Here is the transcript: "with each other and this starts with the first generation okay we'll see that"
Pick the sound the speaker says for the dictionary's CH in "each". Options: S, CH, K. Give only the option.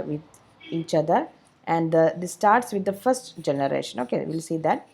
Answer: CH